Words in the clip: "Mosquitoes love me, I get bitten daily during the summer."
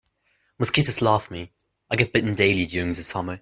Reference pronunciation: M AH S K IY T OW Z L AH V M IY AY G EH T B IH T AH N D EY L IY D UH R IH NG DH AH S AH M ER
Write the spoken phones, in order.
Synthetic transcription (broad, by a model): M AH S K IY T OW S L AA F M IY AY G EH T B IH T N D EY L IY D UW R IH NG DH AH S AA M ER